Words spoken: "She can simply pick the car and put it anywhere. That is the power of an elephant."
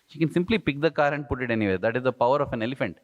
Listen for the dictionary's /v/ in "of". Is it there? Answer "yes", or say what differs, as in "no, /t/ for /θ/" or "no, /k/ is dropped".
no, /f/ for /v/